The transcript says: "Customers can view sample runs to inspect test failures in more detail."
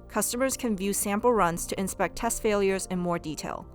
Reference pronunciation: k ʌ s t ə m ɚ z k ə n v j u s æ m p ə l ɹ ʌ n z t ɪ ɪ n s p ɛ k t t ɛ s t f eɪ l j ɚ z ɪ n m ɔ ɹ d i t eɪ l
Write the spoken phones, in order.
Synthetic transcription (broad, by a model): k ʌ s t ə m ɚ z k ə n v j u s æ m p l ɹ ʌ n z t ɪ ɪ n s p ɛ k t t ɛ s t f eɪ l j ɚ z ɪ n m ɔ ɹ d i t eɪ l